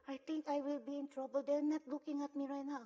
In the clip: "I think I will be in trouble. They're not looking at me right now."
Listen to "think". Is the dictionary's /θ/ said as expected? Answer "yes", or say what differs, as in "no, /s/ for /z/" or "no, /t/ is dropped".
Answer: no, /t/ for /θ/